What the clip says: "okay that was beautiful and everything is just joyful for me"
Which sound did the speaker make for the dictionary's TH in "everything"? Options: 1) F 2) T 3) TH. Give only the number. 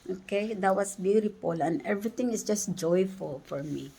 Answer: 2